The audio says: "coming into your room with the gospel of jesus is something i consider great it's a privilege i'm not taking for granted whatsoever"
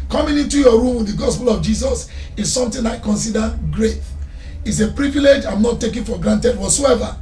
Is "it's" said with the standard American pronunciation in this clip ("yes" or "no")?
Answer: yes